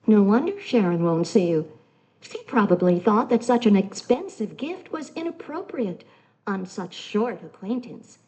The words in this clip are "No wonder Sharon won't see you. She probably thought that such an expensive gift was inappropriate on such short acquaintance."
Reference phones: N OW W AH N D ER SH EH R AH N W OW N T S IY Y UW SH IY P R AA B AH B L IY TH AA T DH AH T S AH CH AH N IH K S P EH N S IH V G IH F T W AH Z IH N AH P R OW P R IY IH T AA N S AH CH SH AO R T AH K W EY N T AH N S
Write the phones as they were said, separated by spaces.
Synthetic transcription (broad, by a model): N OW W AH N D ER SH EH R AH N W OW N T S IY Y UW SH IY P R AA B AH B L IY TH AA T DH AH T S AH CH AH N IH K S P EH N S IH V G IH F T W AH Z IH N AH P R OW P R IY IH T N S AH CH SH AO R T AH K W EY N T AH N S